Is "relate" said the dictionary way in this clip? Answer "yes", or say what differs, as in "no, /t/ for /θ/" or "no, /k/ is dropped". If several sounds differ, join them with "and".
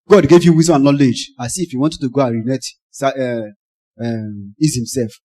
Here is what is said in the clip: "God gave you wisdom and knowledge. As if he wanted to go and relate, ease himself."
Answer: no, /n/ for /l/